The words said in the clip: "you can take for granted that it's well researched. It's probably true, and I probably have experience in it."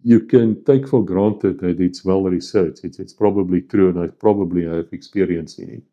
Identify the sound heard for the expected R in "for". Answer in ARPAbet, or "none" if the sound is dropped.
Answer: L